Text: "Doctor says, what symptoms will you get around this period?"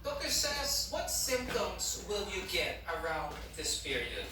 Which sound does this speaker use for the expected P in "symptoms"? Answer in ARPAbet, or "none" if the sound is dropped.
P